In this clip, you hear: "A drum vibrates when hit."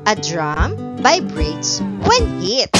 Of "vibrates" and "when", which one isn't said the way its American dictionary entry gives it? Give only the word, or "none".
vibrates